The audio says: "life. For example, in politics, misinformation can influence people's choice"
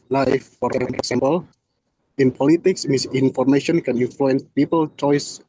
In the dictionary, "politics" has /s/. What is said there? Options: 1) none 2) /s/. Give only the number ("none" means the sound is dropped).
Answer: 2